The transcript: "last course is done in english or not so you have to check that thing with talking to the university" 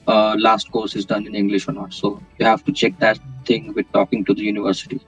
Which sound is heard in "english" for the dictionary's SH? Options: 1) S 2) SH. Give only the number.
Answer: 2